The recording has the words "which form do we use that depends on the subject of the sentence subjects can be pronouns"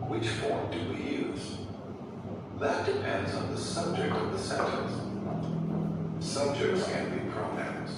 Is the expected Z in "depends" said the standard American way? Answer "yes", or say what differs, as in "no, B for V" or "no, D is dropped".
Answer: yes